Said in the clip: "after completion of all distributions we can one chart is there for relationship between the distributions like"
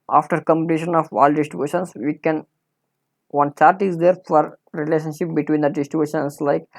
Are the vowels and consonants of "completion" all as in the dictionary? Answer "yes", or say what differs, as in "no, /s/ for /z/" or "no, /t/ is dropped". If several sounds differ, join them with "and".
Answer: no, /n/ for /l/